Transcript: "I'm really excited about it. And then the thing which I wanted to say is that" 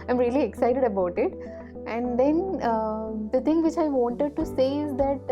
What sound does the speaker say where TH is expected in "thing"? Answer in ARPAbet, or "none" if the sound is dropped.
T